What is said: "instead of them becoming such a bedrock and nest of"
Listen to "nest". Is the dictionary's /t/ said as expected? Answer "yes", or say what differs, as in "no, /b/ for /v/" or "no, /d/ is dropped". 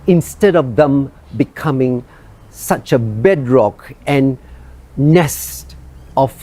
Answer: yes